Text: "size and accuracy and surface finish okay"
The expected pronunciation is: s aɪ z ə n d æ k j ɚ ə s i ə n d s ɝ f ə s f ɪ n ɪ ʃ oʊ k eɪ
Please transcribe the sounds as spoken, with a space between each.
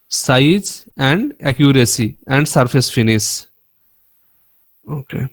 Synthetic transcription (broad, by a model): s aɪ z ə n d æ k j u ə s i ə n d s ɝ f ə s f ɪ n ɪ s oʊ k eɪ